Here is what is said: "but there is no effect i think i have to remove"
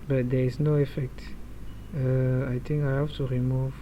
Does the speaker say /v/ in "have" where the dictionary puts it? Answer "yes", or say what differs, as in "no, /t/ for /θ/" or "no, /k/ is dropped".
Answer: no, /f/ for /v/